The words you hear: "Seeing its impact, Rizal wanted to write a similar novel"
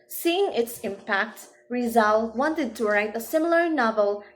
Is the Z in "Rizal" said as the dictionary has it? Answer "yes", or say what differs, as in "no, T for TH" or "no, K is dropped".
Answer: yes